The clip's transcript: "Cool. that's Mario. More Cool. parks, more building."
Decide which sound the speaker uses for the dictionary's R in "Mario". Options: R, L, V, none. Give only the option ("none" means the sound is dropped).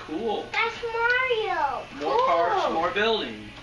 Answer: R